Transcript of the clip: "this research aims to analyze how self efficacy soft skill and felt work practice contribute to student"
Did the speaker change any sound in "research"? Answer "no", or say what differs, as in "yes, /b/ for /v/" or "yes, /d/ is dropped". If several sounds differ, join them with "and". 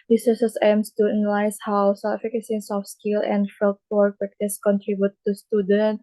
yes, /s/ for /tʃ/